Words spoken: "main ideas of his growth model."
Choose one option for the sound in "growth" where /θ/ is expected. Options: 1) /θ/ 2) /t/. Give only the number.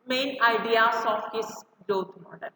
2